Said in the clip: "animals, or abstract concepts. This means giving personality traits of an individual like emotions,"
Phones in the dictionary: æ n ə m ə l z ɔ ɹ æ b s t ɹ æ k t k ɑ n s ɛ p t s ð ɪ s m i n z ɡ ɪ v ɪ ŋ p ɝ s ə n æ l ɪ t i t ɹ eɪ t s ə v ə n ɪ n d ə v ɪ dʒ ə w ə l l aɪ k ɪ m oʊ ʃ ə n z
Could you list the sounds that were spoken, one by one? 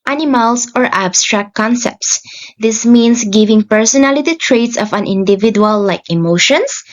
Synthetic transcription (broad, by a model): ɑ n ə m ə l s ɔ ɹ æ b s t ɹ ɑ k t k ɑ n s ɛ p t s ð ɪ s m i n s ɡ ɪ v ɪ ŋ p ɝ s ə n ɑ l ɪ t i t ɹ eɪ t s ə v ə n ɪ n d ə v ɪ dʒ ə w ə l l aɪ k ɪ m oʊ ʃ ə n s